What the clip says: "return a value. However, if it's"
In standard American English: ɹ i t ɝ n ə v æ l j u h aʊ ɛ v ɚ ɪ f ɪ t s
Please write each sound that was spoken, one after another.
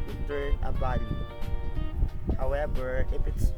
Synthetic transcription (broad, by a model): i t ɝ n ə b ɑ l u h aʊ ɛ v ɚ ɪ f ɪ t s